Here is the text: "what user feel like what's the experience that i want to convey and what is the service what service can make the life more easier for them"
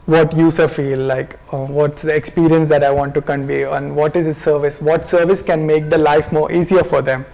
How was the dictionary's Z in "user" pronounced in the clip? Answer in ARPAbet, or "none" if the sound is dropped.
S